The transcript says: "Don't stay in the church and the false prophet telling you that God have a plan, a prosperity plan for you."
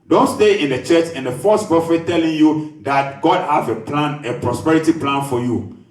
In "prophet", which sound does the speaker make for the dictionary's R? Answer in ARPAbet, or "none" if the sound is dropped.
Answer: none